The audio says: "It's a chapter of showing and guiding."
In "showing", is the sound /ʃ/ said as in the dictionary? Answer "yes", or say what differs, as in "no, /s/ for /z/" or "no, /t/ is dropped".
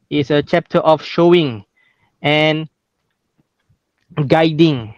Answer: yes